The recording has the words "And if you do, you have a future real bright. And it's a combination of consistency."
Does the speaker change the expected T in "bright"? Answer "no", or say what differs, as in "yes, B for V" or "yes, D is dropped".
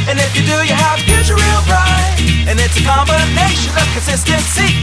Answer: yes, T is dropped